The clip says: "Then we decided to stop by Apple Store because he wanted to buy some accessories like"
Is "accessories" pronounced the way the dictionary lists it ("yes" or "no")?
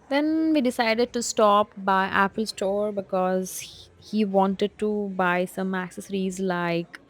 yes